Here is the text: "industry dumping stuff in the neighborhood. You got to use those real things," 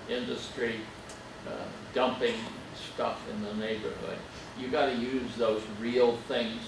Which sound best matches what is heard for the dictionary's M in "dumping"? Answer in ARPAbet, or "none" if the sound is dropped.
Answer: M